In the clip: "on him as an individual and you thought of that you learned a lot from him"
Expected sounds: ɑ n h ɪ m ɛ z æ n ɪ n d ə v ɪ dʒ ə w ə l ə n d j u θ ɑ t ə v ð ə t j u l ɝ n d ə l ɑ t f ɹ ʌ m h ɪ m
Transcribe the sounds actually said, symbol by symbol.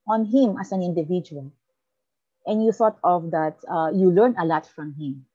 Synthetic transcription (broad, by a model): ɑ n h ɪ m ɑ s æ n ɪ n d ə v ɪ dʒ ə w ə l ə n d j u θ ɑ t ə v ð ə t j u l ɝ n ə l ɑ t f ɹ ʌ m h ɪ m